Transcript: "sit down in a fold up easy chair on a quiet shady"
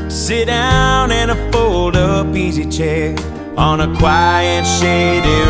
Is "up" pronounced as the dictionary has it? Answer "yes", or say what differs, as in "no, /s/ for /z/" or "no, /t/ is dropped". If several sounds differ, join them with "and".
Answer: no, /b/ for /p/